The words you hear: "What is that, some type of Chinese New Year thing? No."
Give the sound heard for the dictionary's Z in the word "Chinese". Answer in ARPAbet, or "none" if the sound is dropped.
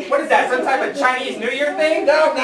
Z